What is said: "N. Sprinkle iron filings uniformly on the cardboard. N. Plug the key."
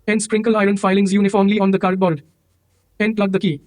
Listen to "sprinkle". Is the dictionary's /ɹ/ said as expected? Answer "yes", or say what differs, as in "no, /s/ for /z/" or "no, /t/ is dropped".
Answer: yes